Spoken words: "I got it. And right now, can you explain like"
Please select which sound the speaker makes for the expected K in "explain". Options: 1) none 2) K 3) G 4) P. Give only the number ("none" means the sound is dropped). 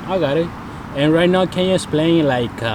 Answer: 1